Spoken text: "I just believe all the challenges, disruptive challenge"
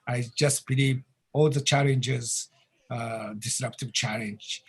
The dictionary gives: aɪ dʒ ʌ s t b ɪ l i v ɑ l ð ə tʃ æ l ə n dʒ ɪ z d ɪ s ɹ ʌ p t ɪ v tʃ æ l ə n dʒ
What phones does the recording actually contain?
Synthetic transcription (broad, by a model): aɪ dʒ ʌ s t b ɪ l i v ɑ l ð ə tʃ æ l ə n dʒ ɪ z d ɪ s ɹ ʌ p t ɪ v tʃ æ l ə n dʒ